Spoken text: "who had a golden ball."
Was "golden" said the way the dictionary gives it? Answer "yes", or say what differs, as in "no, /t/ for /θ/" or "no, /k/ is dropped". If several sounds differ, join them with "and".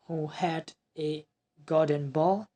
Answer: no, /l/ is dropped